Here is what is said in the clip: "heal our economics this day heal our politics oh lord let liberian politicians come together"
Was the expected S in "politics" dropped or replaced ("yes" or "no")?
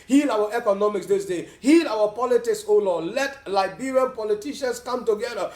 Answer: no